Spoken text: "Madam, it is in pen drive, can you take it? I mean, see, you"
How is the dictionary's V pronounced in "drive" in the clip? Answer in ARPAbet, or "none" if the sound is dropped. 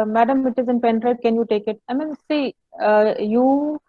P